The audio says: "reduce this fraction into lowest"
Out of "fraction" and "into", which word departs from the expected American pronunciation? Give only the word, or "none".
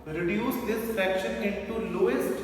fraction